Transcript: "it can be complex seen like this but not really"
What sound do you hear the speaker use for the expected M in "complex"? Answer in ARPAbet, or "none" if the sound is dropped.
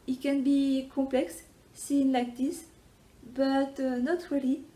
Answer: none